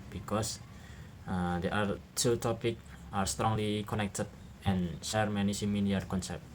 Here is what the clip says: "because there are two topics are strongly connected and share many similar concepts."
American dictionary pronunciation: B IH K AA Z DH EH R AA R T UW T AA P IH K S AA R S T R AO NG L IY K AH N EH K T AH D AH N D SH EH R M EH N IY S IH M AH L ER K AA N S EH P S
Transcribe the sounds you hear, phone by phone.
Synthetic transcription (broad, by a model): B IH K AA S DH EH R AA R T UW T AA P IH K AA R S T R AO NG L IY K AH N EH K T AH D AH N SH EH R M EH N IY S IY M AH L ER K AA N S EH P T